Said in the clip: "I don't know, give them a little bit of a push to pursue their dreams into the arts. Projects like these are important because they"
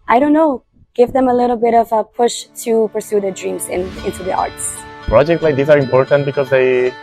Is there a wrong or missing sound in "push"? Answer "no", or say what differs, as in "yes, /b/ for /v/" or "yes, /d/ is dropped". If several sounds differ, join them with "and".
no